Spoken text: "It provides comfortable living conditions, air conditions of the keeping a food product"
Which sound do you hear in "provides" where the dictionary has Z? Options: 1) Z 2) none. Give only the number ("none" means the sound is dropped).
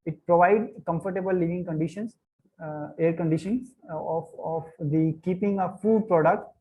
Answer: 2